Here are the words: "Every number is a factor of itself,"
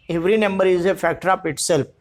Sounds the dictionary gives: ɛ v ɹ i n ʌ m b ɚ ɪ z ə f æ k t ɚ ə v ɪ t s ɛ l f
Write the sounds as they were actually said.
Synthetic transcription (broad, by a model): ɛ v ɹ i n ʌ m b ɚ ɪ z ə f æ k t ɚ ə p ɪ t s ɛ l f